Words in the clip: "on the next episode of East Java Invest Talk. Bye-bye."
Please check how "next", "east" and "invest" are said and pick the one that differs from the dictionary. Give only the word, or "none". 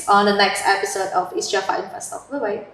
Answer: invest